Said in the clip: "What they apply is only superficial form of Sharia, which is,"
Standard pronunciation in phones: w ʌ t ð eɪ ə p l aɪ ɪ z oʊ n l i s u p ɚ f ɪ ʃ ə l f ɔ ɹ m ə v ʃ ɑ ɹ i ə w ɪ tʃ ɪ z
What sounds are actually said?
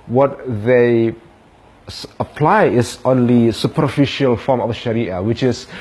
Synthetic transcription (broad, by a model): w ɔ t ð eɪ ə p l aɪ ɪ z oʊ n l i s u p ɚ f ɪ ʃ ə l f ɔ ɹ m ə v ʃ ɑ ɹ i ə w ɪ tʃ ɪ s